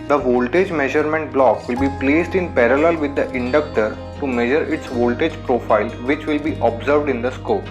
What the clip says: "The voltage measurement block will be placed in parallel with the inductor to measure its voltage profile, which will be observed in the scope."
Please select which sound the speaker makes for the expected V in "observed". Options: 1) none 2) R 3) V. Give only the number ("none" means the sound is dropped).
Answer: 3